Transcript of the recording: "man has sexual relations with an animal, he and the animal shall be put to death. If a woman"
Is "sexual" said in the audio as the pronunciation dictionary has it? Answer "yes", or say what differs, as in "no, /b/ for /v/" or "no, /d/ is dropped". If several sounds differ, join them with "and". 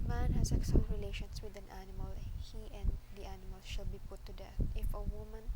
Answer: no, /s/ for /ʃ/